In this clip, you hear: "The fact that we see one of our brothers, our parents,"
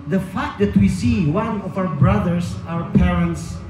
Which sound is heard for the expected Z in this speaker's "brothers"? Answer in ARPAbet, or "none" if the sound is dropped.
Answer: S